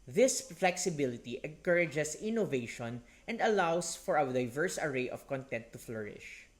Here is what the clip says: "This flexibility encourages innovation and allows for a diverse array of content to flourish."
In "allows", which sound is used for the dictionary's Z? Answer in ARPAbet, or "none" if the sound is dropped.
S